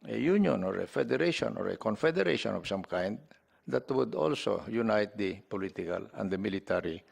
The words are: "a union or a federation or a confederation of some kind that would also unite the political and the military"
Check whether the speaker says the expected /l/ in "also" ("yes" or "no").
yes